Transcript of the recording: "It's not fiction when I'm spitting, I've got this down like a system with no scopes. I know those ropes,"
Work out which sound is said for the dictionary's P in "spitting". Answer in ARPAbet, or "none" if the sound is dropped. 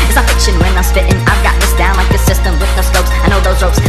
F